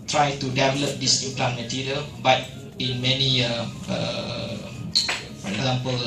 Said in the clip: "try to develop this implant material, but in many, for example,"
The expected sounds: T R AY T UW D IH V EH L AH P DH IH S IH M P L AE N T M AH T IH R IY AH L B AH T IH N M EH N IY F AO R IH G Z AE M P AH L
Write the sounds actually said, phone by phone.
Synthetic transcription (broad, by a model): T R AY T UW D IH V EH L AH P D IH S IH P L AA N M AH T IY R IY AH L B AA T IH N M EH N IY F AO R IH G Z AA M P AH L